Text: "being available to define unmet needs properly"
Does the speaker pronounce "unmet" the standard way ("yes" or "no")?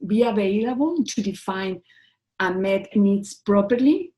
no